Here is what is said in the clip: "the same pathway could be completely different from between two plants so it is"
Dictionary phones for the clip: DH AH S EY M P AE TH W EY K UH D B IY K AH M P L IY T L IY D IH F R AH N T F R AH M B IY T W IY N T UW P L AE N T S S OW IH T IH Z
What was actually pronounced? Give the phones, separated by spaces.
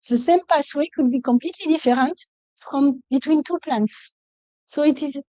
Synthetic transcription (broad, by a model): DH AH S EY M P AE S W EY K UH D B IY K AH M P L IY T L IY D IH F R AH N T F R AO M B IY T W IY N T UW P L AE N T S S OW IH T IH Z